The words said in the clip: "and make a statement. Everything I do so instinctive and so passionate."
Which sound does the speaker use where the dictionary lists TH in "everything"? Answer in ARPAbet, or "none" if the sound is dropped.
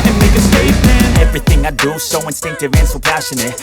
TH